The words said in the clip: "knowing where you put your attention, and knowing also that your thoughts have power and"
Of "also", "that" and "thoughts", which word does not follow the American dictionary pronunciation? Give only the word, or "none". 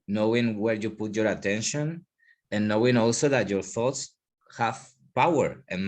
none